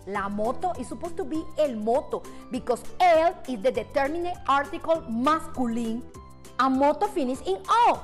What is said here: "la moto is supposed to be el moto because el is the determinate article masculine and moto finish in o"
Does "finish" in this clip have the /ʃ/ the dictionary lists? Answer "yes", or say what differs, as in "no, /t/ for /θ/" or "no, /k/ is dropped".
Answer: no, /s/ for /ʃ/